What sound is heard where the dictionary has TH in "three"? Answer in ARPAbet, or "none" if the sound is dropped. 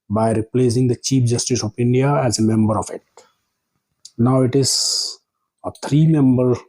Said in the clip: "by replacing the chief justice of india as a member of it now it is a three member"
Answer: T